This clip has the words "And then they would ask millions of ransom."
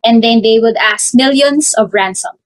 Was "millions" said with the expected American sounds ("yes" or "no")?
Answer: no